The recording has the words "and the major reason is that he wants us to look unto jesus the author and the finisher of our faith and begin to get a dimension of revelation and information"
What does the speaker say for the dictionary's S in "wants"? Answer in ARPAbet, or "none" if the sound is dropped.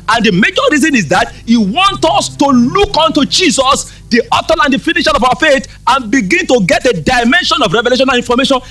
none